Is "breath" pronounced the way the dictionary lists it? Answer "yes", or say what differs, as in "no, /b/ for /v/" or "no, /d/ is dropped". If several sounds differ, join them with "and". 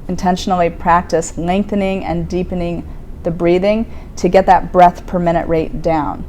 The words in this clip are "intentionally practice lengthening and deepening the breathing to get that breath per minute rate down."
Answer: yes